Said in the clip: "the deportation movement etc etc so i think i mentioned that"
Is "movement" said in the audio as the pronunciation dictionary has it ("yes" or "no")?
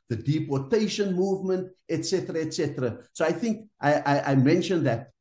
yes